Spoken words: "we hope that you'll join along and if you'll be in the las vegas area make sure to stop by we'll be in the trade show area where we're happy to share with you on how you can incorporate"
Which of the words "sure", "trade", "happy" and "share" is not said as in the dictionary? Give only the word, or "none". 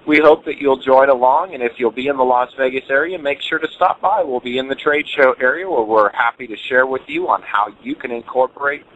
none